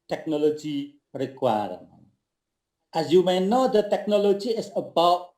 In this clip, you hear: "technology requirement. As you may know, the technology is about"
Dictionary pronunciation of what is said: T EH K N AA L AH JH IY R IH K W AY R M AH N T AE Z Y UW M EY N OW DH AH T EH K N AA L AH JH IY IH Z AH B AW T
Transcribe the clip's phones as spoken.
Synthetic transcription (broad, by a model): T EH K N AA L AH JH IY R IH K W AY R AH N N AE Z Y UW M EY N OW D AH T EH K N AA L AH JH IY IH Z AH B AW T